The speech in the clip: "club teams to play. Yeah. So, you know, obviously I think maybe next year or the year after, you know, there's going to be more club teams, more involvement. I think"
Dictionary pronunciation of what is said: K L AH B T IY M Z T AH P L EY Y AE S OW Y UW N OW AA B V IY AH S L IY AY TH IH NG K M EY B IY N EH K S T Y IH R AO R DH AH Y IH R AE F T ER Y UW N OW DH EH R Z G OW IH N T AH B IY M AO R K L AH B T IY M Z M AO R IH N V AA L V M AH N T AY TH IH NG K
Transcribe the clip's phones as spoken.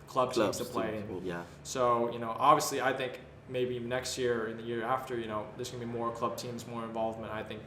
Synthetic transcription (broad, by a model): K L AH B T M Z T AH P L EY Y AE S OW Y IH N OW AA B V IY AH S L IY AY TH IH NG K M EY B IY N EH K S T Y IH R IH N DH AH Y IH R AE F T ER Y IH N OW DH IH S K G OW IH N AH B IY M AO R K L AH B T IY M Z M AO R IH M V AA L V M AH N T AY TH IH NG K